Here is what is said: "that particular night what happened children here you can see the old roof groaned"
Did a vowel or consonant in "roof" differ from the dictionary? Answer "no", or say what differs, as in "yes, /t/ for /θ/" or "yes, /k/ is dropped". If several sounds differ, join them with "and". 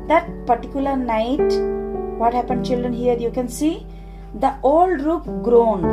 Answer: yes, /p/ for /f/